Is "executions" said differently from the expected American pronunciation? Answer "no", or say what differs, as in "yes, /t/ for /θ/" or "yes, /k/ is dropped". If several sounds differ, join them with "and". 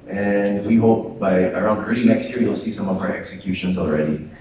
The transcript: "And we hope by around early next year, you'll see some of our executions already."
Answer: no